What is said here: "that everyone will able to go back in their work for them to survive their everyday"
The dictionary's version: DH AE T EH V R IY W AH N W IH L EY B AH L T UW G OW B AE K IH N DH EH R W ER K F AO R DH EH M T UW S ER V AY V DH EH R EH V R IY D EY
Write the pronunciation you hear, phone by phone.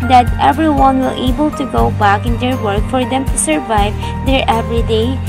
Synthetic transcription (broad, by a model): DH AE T EH V R IY W AH N W IH L EY B AH L T UW G OW B AE K IH N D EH R W ER K F AO R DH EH M T UW S ER V AY V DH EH R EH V R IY D EY